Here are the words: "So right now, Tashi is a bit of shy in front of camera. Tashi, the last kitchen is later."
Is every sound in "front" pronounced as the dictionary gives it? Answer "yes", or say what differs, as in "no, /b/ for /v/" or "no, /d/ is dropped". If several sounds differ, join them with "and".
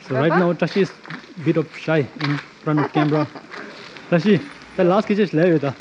yes